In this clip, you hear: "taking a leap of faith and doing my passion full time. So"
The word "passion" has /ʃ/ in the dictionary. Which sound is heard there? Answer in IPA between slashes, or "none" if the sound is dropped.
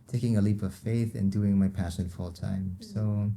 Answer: /ʃ/